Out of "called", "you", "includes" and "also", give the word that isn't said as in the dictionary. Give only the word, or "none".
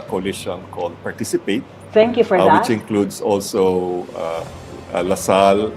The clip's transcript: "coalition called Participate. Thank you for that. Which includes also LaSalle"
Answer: includes